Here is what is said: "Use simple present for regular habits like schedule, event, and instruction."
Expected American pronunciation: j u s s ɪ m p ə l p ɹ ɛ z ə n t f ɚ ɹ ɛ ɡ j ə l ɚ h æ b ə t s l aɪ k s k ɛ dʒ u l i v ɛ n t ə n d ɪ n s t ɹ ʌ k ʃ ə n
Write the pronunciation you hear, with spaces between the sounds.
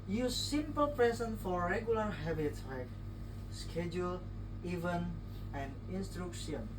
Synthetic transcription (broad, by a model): j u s s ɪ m p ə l p ɹ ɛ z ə n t f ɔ ɹ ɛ ɡ j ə l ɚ h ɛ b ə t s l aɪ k s k ɛ dʒ u l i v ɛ n ə n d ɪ n s t ɹ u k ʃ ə n